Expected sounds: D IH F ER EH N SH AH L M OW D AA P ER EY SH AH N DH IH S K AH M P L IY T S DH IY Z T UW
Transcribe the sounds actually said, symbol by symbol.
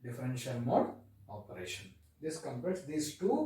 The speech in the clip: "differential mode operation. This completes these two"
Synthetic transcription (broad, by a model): D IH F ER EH N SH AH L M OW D AA P ER EY SH AH N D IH S K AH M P EH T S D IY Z T UW